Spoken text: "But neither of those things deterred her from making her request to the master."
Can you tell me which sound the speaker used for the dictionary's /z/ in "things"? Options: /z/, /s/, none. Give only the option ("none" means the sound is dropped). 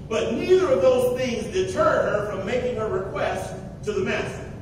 /z/